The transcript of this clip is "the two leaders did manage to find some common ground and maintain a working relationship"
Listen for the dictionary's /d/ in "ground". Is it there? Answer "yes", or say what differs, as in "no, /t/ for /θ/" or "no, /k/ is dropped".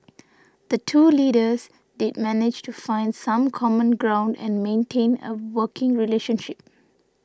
yes